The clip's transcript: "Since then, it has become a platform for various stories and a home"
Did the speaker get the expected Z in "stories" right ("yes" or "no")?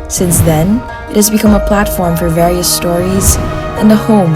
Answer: yes